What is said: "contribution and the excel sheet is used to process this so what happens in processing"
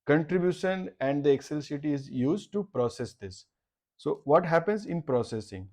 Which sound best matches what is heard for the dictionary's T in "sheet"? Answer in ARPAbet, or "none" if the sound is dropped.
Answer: none